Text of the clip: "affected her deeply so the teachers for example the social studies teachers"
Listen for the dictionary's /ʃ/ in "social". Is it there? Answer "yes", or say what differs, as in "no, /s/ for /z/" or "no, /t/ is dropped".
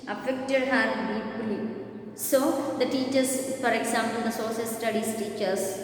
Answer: no, /s/ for /ʃ/